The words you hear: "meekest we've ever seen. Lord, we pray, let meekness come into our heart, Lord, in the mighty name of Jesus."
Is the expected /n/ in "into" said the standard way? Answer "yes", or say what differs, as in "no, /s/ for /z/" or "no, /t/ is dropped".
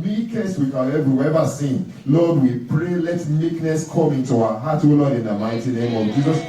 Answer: yes